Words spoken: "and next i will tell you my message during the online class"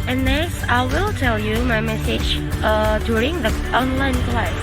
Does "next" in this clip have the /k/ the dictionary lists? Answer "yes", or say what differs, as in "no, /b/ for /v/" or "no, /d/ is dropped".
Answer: no, /k/ is dropped